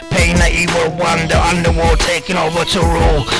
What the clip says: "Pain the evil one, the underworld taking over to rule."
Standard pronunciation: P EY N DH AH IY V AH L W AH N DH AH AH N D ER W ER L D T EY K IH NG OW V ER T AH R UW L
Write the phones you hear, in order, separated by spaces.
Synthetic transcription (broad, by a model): P EY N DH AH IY W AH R W AH N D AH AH N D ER W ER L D T EY K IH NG OW V ER T AH R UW L